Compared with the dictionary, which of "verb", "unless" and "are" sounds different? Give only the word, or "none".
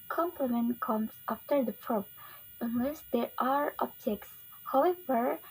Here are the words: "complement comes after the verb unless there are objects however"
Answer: verb